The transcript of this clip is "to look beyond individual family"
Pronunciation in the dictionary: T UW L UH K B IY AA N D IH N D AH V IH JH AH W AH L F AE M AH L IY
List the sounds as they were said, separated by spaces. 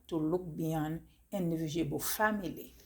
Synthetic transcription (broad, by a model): T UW L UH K B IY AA N IH N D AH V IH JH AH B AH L F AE M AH L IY